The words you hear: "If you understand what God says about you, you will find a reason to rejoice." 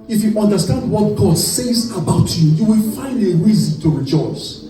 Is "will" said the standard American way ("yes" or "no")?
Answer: yes